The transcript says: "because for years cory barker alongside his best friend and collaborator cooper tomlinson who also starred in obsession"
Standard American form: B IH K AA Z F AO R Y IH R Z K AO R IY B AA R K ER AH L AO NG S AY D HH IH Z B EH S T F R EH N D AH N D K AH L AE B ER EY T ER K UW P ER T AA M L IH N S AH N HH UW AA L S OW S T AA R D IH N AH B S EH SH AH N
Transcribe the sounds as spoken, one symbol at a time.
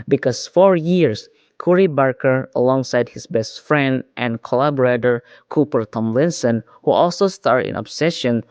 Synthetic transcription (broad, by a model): B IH K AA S F AO R Y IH R S K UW R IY B AA R K ER AH L AO NG S AY D HH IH S B EH S T F R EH N D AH N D K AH L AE B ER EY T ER K UW P ER T AA M L IH N S AH N HH UW AA L S OW S T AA R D IH N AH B S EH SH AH N